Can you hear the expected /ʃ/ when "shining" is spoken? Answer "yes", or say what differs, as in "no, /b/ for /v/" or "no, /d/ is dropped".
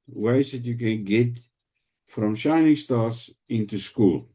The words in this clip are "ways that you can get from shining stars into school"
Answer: yes